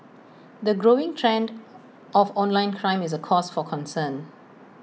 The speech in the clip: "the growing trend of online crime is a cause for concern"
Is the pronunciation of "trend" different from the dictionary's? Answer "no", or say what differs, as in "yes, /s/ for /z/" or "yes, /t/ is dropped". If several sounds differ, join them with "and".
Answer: no